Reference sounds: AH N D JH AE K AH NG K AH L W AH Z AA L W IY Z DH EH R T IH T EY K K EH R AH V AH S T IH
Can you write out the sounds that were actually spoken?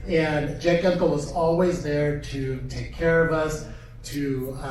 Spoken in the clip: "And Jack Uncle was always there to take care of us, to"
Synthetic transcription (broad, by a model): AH N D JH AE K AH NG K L W AH Z AA L W IY Z DH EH R T IH T EY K K EH R AH V AH S T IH